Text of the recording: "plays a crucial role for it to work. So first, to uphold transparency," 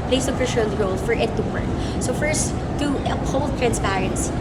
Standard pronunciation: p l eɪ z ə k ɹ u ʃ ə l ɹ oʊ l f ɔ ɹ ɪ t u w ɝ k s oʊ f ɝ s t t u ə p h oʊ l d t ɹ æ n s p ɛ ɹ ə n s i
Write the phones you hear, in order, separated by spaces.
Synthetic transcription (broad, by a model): p l eɪ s ə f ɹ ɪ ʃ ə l ɹ oʊ l f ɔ ɹ ɪ t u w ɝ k s oʊ f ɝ s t t u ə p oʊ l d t ɹ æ n s p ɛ ɹ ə n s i